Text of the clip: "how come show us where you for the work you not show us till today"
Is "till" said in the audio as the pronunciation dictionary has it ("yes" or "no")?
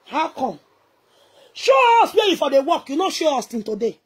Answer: no